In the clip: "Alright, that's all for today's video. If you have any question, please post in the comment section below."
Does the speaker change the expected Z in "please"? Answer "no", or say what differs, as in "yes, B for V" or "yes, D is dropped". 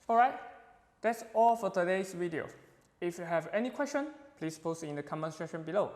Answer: yes, S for Z